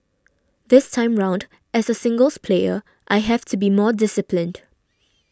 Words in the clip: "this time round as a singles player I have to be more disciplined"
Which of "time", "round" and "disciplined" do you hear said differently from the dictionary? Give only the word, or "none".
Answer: none